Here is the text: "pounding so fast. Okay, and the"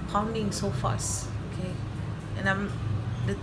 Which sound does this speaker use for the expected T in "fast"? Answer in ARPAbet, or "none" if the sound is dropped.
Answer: none